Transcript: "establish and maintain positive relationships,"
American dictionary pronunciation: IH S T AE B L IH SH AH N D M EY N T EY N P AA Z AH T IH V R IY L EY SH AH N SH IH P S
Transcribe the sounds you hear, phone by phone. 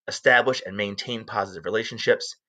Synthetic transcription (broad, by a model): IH S T AE B L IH SH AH N M EY N T EY N P AA Z AH T IH V R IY L EY SH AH N SH IH P S